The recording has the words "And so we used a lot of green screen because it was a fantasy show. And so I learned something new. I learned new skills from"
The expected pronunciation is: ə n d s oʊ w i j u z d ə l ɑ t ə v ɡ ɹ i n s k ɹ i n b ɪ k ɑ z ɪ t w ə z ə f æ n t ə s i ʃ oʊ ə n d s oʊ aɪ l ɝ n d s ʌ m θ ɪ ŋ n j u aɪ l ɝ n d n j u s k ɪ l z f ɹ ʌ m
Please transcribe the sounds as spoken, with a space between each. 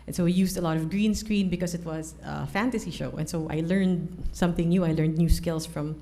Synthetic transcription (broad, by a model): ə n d s oʊ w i j u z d ə l ɑ t ə v ɡ ɹ i n s k ɹ i n b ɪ k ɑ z ɪ t w ə z ə f æ n t ə s i ʃ oʊ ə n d s oʊ aɪ l ɝ n d s ʌ m θ ɪ ŋ n j u aɪ l ɝ n d n j u s k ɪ l s f ɹ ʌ m